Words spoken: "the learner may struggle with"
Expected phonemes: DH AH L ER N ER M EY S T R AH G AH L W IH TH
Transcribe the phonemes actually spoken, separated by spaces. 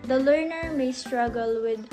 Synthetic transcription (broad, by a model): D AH L ER N ER M EY S T R AH G AH L W IH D